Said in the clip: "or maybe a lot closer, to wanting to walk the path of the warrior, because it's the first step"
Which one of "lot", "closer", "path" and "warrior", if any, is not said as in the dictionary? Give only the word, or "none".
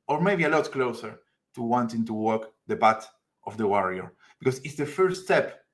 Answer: path